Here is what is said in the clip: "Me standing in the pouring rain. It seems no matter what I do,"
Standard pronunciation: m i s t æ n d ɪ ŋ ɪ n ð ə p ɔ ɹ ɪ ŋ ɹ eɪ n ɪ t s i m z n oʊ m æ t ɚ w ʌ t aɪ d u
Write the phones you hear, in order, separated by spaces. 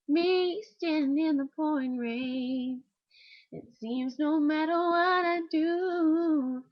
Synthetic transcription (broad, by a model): m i s t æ n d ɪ ɪ n ð ə p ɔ ɪ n ɹ eɪ ɪ t s i m z n oʊ m æ t ɚ w ʌ t aɪ d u